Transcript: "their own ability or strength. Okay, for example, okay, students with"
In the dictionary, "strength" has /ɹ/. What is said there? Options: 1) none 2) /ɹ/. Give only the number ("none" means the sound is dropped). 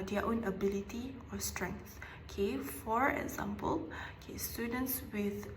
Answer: 2